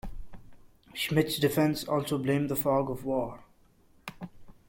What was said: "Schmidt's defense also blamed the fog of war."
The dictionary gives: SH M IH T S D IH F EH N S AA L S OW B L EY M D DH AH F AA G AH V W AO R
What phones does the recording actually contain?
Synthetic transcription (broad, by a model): SH M IH T S D IH F EH N S AA L S OW B L EY M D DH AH F AA G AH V W AO R